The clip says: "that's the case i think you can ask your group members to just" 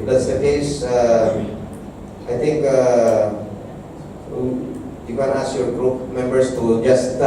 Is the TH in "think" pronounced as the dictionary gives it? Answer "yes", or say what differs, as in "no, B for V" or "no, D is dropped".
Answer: no, T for TH